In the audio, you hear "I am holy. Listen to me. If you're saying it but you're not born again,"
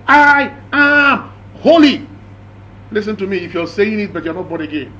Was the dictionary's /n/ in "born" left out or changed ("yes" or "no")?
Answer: yes